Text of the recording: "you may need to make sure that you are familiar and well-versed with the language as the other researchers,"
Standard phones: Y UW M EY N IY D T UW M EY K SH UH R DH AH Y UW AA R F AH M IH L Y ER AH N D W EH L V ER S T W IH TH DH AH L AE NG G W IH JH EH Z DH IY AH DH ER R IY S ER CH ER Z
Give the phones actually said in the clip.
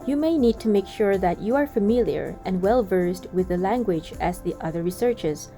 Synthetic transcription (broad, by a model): Y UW M EY N IY D T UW M EY K SH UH R DH AH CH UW AA R F AH M IH L Y ER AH N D W EH L V ER S T W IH DH AH L AE NG G W IH JH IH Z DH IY AH DH ER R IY S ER CH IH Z